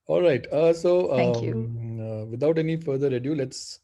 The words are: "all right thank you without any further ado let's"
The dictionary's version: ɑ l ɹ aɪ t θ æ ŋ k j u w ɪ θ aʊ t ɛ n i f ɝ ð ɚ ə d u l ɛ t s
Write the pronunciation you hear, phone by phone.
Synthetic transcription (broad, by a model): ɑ l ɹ aɪ t s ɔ k j u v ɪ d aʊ t ɛ n i f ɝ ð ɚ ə d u l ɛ t s